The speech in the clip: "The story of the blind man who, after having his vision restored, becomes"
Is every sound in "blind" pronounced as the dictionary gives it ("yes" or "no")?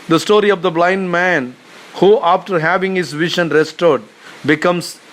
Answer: yes